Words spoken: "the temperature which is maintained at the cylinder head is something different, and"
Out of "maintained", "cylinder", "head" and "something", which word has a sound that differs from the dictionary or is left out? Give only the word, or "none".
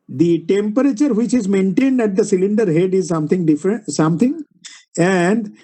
something